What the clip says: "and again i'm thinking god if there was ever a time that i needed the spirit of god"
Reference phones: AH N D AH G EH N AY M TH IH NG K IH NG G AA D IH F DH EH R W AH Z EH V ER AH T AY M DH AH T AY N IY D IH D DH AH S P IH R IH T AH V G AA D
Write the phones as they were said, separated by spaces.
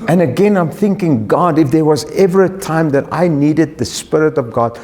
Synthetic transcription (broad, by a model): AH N AH G EH N AY M TH IH NG K IH NG G AA D IH F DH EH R W AH Z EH V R AH T AY M DH AH T AY N IY D IH D DH AH S P IH R IH T AH V G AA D